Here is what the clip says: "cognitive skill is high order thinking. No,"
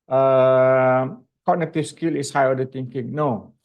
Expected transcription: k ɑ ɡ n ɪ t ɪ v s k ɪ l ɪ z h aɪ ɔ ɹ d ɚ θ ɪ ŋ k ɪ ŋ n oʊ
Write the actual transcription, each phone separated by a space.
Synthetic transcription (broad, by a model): k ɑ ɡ n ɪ t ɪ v s k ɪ l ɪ s h aɪ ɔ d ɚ t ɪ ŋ k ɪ ŋ n oʊ